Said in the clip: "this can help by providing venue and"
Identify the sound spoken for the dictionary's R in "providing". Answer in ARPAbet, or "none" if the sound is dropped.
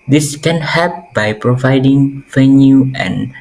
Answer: R